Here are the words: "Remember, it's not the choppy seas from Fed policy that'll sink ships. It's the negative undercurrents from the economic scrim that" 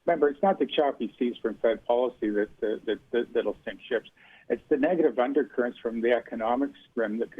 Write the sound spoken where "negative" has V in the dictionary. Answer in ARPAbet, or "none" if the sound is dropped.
V